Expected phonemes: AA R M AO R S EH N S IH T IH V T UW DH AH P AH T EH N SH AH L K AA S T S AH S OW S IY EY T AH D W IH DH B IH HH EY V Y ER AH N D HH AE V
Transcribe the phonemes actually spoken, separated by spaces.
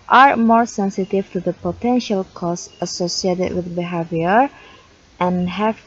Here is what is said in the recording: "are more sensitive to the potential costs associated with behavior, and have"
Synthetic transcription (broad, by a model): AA R M AO R S EH N S IH T IH V T UW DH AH P AH T EH N SH AH L K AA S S AH S OW S IY EY T AH D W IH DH B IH HH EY V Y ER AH N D HH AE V